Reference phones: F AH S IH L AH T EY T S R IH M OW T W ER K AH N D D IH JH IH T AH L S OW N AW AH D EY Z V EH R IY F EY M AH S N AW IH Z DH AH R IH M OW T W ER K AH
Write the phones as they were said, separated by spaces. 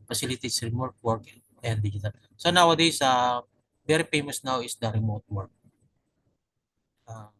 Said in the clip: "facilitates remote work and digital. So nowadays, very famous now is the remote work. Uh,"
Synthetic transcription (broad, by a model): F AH S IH L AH T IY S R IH M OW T W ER K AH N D D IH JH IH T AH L S OW N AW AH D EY S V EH R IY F EY M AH S N AW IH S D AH R IH M OW T W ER K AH